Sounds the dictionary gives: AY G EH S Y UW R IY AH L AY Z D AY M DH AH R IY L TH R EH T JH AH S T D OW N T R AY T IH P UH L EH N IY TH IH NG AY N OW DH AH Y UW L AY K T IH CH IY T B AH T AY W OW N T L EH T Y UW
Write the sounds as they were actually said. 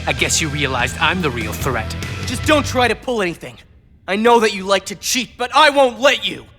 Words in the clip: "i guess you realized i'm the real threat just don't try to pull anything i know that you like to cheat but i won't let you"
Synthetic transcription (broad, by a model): AY G EH S Y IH R IY AH L AY Z D AY M DH AH R IY L TH R EH T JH AH S D OW N T R AY T IH P UH L EH N IY TH IH NG AY N OW DH AH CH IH L AY K T IH CH IY T B AH T AY W OW N T L EH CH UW